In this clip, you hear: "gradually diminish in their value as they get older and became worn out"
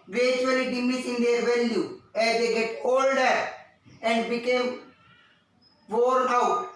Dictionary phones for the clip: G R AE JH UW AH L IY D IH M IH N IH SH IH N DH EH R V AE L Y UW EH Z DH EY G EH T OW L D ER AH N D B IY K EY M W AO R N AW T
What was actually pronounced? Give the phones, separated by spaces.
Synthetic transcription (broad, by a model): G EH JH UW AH L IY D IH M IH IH S IH N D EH R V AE L Y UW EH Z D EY G EH T OW L D ER AH N D B IY K EY M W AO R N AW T